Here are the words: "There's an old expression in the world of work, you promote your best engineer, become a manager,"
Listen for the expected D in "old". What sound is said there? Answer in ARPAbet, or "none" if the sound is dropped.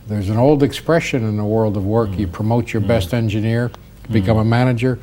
D